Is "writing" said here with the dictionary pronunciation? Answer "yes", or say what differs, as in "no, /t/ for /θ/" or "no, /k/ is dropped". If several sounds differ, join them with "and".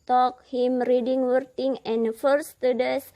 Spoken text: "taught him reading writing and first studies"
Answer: no, /w/ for /ɹ/